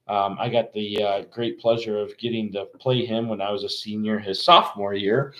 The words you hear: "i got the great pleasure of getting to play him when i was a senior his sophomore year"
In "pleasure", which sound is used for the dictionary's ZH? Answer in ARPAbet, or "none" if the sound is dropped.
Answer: ZH